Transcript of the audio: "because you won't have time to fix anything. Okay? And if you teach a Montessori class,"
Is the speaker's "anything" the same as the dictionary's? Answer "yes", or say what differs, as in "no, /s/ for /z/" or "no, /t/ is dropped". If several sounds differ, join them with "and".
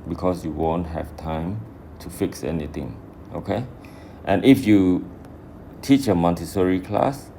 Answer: no, /t/ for /θ/